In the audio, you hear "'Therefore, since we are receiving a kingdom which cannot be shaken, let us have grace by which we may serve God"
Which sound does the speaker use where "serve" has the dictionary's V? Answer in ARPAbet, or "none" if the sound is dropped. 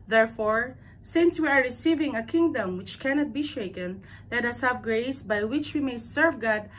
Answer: V